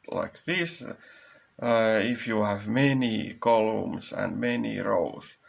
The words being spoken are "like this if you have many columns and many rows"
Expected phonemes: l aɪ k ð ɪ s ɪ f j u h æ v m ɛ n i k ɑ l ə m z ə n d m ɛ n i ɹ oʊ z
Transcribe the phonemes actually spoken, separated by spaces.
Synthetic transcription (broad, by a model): l aɪ k ð ɪ s ɪ f j u h æ v m ɛ n i k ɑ l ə m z ə n d m ɛ n i ɹ oʊ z